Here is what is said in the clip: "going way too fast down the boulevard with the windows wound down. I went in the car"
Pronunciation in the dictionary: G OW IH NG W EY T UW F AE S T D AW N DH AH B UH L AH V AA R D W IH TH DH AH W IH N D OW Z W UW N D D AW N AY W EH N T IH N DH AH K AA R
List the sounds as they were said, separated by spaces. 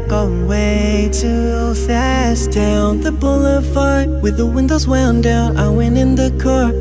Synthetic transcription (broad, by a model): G OW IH W EY T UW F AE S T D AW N DH AH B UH L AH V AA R W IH DH AH W IH N D OW Z W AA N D D AW N AY W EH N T IH N DH AH K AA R